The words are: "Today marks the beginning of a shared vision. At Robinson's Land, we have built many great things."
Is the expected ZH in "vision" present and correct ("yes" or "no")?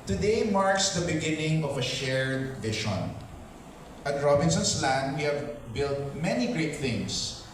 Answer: no